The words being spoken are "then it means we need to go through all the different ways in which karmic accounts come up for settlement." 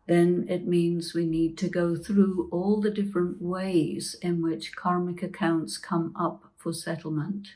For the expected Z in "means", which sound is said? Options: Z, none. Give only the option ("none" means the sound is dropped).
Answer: Z